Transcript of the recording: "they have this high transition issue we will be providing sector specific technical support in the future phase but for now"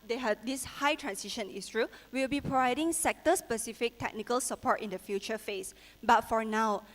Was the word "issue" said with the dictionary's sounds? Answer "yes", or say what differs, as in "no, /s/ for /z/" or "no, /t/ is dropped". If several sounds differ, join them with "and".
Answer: no, /s/ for /ʃ/